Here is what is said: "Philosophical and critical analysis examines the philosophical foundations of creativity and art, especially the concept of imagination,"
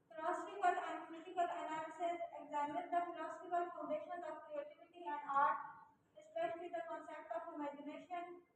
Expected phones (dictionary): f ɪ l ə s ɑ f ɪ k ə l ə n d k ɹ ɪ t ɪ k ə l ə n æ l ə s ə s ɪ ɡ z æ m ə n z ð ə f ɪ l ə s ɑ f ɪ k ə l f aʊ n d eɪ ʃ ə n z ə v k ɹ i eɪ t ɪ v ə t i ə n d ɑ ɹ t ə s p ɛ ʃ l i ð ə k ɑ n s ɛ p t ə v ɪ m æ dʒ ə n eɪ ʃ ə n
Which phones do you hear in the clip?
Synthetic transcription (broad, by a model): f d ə s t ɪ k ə l ə n d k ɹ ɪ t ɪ k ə l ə n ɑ ə s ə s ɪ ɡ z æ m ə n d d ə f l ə s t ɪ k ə l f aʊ n d eɪ ʃ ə n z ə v k ɹ i eɪ t ɪ v ə t i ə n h ɑ ɹ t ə s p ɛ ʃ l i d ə k ɑ n s ɛ p t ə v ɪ m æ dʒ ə n eɪ ʃ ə n